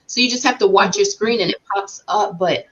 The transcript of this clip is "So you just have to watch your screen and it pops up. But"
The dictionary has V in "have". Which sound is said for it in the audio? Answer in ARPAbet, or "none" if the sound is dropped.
F